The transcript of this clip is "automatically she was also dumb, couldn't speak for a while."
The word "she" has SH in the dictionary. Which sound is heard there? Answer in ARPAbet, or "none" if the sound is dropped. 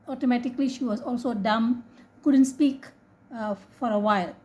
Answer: SH